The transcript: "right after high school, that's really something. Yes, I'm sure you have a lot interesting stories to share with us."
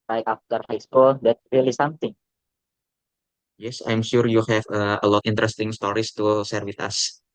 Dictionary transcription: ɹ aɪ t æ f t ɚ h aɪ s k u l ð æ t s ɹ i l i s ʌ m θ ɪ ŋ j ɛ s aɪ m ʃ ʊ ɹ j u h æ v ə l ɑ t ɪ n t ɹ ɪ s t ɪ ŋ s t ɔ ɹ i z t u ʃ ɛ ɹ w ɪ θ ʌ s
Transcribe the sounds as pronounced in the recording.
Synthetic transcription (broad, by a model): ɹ aɪ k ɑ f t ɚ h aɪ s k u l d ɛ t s ɹ i l i s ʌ m t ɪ ŋ j ɛ s aɪ m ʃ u ɹ j u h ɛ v ə l ɑ t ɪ n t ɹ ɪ s t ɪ ŋ s t ɔ ɹ i s t u s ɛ ɹ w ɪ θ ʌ s